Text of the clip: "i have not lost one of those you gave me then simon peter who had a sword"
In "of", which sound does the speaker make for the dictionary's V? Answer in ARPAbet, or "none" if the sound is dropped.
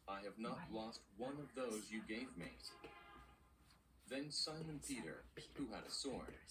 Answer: V